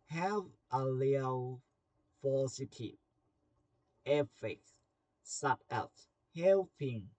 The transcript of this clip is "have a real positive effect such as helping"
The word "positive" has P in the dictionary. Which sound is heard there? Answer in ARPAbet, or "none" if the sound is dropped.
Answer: F